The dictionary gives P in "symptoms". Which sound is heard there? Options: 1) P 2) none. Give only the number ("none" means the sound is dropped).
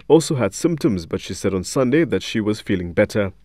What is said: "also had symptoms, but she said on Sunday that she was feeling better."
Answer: 1